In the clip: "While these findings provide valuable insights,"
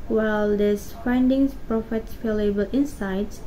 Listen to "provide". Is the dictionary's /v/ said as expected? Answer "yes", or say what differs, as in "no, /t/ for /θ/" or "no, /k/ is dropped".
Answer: no, /f/ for /v/